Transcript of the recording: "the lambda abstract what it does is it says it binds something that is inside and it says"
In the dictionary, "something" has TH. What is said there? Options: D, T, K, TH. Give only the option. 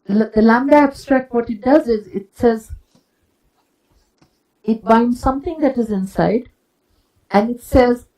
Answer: T